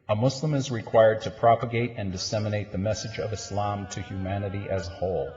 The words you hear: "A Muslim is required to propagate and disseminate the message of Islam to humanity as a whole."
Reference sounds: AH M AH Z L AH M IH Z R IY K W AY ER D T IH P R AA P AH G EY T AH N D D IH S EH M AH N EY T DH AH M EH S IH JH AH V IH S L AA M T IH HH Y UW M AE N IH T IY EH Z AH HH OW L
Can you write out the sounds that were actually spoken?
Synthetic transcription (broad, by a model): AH M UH S L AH M IH Z R IY K W AY ER D T IH P R AA P AH G EY T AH N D D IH S EH M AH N EY T DH AH M EH S IH JH AH V IH S L AA M T IH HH Y UW M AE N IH T IY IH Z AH HH OW L